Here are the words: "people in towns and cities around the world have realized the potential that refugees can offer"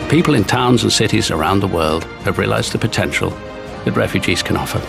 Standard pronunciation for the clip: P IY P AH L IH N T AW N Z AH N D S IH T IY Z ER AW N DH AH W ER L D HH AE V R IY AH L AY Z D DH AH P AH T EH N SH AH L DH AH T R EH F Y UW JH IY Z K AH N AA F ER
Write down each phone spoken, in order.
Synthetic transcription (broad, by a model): P IY P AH L IH N T AW N Z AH N S IH T IY Z ER AW N DH AH W ER L D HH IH V R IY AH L AY Z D DH AH P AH T EH N SH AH L DH AH T R EH F Y UW JH IY Z K AH N AA F ER